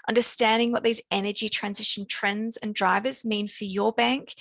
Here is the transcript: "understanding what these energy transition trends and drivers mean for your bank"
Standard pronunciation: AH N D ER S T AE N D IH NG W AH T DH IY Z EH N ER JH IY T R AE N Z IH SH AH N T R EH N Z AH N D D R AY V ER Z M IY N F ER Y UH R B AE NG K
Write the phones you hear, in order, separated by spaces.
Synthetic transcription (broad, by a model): AH N D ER S T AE N D IH NG W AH T DH IY Z EH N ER JH IY T R AE N Z IH SH AH N T R EH N Z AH N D D R AY V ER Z M IY N F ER Y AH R B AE NG K